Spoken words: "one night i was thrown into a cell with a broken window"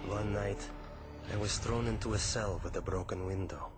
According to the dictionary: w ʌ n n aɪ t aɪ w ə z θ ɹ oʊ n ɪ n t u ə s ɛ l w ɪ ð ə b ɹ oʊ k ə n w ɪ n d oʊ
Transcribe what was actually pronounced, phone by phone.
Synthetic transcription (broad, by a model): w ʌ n n aɪ t aɪ w ə z θ ɹ oʊ n ɪ n t u ə s ɛ l w ɪ ð ə b ɹ oʊ k ə n w ɪ n d oʊ